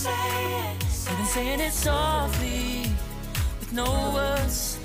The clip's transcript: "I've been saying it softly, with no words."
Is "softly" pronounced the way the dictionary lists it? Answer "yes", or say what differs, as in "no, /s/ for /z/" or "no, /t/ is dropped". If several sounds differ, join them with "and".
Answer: no, /l/ is dropped